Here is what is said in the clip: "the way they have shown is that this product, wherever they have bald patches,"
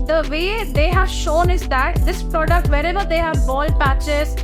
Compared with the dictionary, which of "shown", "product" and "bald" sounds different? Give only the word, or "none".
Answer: none